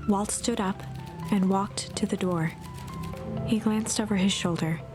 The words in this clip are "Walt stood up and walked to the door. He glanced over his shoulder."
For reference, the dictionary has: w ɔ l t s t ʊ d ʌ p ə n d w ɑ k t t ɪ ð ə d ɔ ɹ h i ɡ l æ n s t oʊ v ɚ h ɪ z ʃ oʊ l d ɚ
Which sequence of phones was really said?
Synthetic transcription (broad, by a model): w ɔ l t s t ʊ d ʌ p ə n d w ɑ k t t ɪ ð ə d ɔ ɹ h i ɡ l æ n s t oʊ v ɚ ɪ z ʃ oʊ l d ɚ